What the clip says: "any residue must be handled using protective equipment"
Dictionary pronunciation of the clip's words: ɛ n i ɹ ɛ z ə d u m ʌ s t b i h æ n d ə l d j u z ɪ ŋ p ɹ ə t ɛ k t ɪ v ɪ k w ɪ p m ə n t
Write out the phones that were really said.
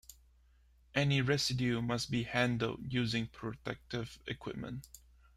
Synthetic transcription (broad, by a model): ɛ n i ɹ ɛ s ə d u m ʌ s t b i h æ n d ə l d j u z ɪ ŋ p ɹ ə t ɛ k t ɪ v ɪ k w ɪ p m ə n t